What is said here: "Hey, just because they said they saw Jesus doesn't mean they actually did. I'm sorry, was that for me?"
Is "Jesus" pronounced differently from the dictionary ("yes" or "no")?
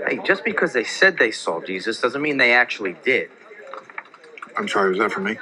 no